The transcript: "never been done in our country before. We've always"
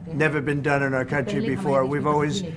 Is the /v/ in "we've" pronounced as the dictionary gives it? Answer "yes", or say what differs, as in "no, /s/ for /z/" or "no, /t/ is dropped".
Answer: yes